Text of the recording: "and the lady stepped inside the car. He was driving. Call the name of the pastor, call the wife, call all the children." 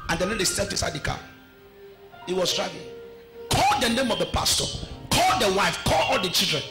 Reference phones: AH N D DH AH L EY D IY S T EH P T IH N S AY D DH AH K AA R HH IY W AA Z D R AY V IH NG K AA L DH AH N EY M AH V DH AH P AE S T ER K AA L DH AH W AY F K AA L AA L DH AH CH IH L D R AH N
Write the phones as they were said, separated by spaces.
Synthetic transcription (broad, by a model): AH N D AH N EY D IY S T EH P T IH S AY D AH K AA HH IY W AA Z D R AY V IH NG K AA L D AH N EY M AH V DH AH P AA S T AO K AA L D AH W AY F K AA L AA L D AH CH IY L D R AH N